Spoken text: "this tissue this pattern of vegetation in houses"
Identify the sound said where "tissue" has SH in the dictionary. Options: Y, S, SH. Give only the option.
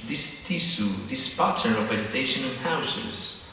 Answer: S